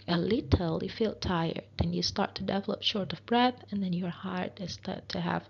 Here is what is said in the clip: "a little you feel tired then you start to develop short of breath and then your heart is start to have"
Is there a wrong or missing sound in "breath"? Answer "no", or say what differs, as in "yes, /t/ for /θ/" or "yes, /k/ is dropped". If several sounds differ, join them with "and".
no